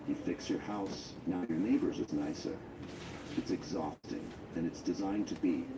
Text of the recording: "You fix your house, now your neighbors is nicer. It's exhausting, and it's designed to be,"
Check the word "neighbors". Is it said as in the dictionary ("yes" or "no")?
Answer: yes